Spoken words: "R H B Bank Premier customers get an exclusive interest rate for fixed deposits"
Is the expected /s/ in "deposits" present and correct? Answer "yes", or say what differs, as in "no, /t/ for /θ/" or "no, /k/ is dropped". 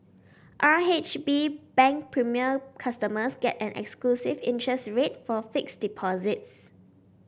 yes